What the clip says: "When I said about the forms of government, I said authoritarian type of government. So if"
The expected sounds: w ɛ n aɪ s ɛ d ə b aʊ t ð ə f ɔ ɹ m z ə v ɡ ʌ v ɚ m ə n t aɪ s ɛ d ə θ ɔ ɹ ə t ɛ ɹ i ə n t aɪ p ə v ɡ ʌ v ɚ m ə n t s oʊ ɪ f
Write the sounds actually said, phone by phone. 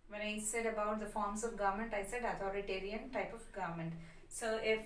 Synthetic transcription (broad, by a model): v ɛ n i s ɛ d ə b aʊ t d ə f ɔ ɹ m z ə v ɡ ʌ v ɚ m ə n t aɪ s ɛ d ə t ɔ ɹ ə t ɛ ɹ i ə n t aɪ p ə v ɡ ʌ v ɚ m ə n t s oʊ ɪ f